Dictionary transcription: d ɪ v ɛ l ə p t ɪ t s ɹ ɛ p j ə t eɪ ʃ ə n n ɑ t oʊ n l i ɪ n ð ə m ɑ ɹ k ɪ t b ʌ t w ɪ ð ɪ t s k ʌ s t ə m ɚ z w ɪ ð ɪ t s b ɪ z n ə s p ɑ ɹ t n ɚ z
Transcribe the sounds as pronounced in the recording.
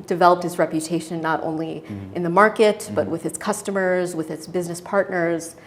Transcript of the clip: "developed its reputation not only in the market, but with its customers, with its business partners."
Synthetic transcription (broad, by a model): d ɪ v ɛ l ə p t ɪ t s ɹ ɛ p j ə t eɪ ʃ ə n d t oʊ n l i ɪ n ð ə m ɑ ɹ k ɪ t b ʌ t w ɪ ð ɪ t s k ʌ s t ə m ɚ z w ɪ ð ɪ t s b ɪ z n ə s p ɑ ɹ t n ɚ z